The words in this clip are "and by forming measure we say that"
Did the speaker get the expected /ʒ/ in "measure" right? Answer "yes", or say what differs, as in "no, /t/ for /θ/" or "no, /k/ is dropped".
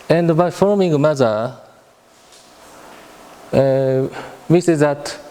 no, /z/ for /ʒ/